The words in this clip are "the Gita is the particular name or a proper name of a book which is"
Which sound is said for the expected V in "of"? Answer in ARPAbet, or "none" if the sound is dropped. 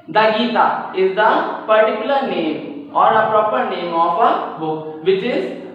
P